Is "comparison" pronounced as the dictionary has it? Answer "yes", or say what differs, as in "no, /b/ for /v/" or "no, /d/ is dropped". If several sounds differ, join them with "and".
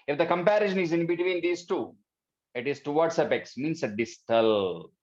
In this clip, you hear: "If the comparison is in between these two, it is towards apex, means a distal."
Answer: no, /ʃ/ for /s/